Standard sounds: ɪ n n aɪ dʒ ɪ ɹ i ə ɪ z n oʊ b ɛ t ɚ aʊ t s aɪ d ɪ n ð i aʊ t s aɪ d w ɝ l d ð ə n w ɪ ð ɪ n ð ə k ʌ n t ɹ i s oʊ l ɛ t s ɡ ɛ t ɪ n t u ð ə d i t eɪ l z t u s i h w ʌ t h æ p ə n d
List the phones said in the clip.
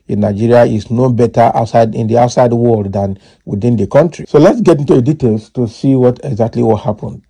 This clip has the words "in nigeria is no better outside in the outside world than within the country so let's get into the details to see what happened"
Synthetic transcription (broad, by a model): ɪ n n aɪ dʒ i ɹ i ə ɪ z n oʊ b ɛ t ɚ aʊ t s aɪ d ɪ n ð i aʊ t s aɪ d w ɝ l d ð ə n w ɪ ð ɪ n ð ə k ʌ n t ɹ i s oʊ l ɛ t s ɡ ɛ t ɪ n t u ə d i t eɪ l s t u s i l w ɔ t h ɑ p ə n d